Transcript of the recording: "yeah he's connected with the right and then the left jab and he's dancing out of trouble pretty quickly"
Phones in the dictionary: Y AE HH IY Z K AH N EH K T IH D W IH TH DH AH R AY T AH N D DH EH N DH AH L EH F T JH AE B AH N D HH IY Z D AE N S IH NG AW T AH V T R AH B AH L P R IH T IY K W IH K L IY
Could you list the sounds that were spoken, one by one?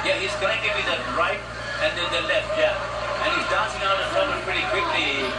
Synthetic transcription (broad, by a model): Y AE HH IY Z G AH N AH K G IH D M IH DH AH R AY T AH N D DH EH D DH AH L EH F T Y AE AH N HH IY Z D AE N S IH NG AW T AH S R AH AH P R IH T IY K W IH K L IY